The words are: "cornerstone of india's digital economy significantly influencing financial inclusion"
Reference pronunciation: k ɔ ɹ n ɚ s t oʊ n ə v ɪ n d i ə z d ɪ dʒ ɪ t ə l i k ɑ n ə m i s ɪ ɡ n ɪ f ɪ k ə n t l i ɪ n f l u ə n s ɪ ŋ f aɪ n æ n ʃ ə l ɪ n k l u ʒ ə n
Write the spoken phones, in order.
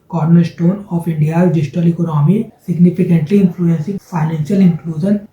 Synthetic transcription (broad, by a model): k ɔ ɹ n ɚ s t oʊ n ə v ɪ n d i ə d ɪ dʒ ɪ t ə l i k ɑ n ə m i s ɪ ɡ n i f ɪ k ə n t l i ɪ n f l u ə n s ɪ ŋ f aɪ n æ n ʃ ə l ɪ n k l u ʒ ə n